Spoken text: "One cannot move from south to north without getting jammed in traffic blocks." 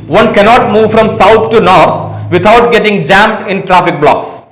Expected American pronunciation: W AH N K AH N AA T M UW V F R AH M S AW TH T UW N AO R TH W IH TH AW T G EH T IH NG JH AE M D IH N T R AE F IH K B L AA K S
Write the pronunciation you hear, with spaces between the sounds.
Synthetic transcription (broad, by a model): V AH N K AH N AA T M UW V F R AH M S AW T T UW N AO R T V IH T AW T G EH T IH NG JH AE M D IH N T R AE F IH K B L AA K S